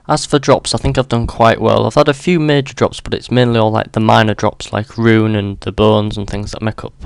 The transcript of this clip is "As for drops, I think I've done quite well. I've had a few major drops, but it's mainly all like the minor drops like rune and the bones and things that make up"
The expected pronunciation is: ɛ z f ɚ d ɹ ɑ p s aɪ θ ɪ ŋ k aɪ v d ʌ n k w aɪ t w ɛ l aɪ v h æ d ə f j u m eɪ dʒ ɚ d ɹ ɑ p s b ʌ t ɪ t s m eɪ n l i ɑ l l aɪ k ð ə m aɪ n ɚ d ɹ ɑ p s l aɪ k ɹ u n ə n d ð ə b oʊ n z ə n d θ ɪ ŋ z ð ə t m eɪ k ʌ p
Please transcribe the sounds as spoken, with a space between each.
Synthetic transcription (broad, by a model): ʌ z f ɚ d ɹ ɑ p s aɪ θ ɪ ŋ k aɪ v d ʌ n k w aɪ t w ɛ l aɪ v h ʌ d ə f j u m eɪ dʒ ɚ d ɹ ɑ p s b ʌ t ɪ t s m eɪ n l i ɑ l l aɪ k ð ə m aɪ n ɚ d ɹ ɑ p s l aɪ k ɹ u n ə n ð ə b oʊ n z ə n θ ɪ ŋ z ð ə t m eɪ k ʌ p